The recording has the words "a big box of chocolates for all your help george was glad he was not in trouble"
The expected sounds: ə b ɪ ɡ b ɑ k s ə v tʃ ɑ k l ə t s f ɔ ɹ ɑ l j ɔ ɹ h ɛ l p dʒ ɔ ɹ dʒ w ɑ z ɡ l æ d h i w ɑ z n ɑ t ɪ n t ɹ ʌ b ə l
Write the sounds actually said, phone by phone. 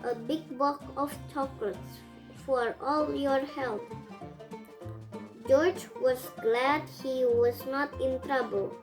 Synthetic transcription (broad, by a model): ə b ɪ ɡ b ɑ k ə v tʃ ɑ k l ə t s f ɔ ɹ ɑ l j ɔ ɹ h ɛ l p dʒ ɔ ɹ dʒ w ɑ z ɡ l æ d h i w ɑ z n ɑ t ɪ n t ɹ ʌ b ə l